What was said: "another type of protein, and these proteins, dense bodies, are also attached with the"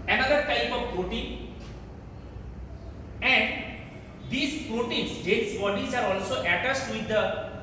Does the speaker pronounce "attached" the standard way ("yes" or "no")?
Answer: no